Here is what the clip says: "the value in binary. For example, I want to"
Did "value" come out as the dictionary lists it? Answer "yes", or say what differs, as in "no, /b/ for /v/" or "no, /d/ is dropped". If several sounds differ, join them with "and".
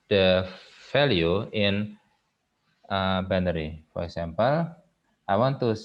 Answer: no, /f/ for /v/